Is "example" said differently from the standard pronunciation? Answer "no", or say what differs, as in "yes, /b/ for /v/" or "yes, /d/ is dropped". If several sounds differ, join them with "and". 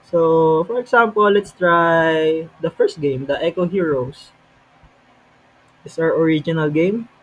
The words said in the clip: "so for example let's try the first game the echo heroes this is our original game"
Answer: yes, /s/ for /z/